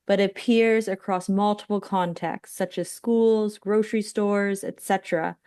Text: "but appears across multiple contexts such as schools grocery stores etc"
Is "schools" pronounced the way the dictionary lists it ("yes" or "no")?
yes